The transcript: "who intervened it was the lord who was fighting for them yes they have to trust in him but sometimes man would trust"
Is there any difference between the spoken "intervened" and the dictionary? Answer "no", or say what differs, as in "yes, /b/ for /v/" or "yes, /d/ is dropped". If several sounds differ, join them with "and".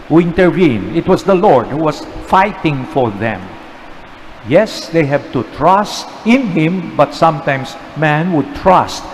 yes, /v/ is dropped and /d/ is dropped